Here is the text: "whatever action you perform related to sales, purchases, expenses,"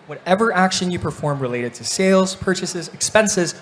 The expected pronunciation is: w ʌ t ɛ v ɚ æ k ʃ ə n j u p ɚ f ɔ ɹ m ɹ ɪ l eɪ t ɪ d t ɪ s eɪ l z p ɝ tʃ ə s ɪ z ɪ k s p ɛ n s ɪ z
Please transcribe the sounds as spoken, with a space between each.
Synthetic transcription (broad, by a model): w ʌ t ɛ v ɚ æ k ʃ ə n j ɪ p ɚ f ɔ ɹ m ɹ ɪ l eɪ t ɪ d t ɪ s eɪ l z p ɝ tʃ ə s ɪ z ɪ k s p ɛ n s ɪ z